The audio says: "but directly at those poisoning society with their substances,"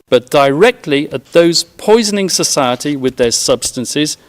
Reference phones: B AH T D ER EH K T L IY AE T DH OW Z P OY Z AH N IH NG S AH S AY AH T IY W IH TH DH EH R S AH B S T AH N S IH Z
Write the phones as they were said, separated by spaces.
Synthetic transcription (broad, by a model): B AH T D ER EH K T L IY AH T DH OW Z P OY Z AH N IH NG S AH S AY AH T IY W IH DH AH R S AH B S T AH N S IH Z